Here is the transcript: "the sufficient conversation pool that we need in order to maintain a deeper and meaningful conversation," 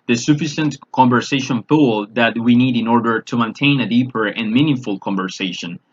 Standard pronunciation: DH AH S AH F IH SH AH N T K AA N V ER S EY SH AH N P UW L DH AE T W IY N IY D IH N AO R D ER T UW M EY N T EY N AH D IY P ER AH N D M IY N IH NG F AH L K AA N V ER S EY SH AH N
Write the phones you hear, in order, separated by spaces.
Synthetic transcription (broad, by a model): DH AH S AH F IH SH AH N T K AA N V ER S EY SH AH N F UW L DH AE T W IY N IY D IH N AO R D ER T UW M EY N T EY N AH D IY P ER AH N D M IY N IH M F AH L K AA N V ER S EY SH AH N